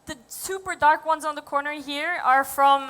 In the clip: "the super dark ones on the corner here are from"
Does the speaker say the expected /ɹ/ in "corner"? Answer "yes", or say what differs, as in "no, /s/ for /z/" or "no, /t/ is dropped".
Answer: yes